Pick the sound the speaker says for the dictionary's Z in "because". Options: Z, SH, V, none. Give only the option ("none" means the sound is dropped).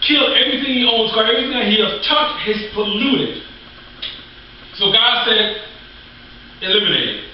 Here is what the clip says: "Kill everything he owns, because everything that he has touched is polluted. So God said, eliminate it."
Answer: none